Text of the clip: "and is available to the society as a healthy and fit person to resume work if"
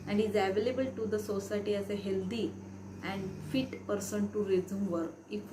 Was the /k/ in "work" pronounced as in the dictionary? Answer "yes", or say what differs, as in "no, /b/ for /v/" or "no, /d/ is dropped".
no, /k/ is dropped